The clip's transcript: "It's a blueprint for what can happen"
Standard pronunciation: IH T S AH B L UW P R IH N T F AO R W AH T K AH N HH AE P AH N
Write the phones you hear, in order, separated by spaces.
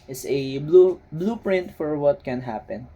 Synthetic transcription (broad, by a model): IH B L AH B L UW P R IH N T F AO R W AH T K AH N HH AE P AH N